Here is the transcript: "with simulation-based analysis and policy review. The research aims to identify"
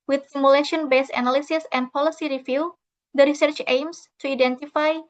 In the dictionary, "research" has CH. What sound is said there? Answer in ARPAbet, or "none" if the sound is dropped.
CH